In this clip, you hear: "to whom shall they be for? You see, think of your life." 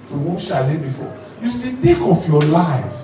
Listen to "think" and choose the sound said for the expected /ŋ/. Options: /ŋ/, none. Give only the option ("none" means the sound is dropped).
none